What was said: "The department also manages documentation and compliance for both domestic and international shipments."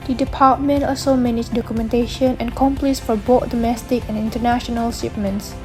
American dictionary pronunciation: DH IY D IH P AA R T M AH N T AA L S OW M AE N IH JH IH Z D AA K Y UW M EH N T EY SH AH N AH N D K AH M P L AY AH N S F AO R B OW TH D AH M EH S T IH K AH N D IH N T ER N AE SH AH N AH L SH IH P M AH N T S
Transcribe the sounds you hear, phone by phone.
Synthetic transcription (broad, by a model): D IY D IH P AA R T M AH N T AA L S OW M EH N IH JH D AA K Y UW M EH N T EY SH AH N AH N K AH M P L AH S F AO R B OW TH D AH M EH S T IH K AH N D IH N T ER N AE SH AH N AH L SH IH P M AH N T S